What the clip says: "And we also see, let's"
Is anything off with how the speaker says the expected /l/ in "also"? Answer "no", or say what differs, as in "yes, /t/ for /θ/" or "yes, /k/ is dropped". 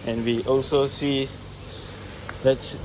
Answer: no